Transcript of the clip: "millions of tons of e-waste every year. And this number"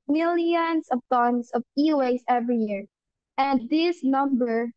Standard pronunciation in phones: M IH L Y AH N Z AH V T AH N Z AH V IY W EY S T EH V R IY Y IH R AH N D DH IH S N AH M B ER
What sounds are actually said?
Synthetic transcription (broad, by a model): M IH L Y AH N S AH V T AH N S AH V IY W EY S EH V R IY Y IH R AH N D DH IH S N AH M B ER